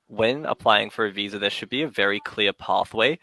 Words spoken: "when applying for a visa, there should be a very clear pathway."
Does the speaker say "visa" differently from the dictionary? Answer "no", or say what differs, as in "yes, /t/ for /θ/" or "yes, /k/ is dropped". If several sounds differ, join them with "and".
no